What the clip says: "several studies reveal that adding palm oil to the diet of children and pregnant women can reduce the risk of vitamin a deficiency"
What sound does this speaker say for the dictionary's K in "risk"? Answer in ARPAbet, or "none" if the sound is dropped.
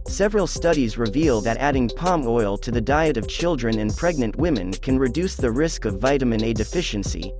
K